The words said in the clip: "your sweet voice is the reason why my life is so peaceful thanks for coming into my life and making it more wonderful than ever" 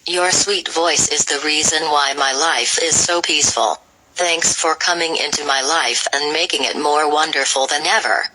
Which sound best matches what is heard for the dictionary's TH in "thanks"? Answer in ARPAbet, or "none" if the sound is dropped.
TH